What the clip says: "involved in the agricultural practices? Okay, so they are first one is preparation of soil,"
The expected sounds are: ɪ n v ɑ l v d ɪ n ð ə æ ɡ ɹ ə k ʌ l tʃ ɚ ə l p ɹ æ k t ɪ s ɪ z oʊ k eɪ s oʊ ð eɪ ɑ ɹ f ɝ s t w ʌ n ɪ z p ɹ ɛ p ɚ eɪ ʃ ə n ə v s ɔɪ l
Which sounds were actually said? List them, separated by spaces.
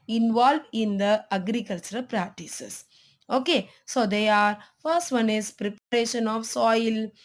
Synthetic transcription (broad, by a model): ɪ n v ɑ l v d ɪ n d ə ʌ ɡ ɹ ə k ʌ l tʃ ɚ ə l p ɹ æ k t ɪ s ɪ s oʊ k eɪ s oʊ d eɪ ɑ ɹ f ɝ s t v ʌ n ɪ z p ɹ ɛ p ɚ eɪ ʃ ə n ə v s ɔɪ l